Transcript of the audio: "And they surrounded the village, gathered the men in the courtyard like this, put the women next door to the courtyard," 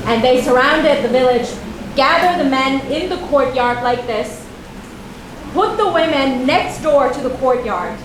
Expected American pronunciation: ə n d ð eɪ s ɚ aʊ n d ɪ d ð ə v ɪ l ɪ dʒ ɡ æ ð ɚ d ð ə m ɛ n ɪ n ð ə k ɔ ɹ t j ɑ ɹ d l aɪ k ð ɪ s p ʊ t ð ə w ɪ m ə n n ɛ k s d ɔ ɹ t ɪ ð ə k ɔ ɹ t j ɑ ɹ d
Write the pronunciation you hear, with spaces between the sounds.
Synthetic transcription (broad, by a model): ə n ð eɪ s ɚ aʊ n d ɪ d ð ə v ɪ l ɪ dʒ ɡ æ ð ɚ ð ə m ɛ n ɪ n ð ə k ɔ ɹ t j ɑ ɹ d l aɪ k ð ɪ s p ʊ t ð ə w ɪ m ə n n ɛ k s d ɔ ɹ t ɪ ð ə k ɔ ɹ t j ɑ ɹ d